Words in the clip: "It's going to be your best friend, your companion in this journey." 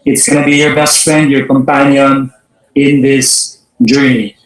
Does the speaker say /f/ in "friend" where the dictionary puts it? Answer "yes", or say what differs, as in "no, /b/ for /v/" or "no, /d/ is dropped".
yes